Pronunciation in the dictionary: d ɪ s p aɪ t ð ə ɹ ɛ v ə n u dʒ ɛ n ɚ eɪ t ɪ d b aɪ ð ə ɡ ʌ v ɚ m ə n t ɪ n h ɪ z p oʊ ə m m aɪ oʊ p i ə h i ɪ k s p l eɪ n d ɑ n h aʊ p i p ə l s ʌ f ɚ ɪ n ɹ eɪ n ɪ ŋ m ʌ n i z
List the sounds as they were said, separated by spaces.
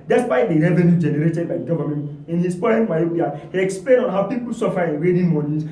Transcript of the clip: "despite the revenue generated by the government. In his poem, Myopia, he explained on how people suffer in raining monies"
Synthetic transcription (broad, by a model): d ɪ s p aɪ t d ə ɹ ɛ v ə n u dʒ ɛ n ɚ eɪ t ɪ d b aɪ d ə ɡ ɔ v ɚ m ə n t ɪ n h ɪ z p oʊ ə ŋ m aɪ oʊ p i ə h i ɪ k s p l eɪ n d ɑ n h aʊ p i p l s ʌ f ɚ ɪ n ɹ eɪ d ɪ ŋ m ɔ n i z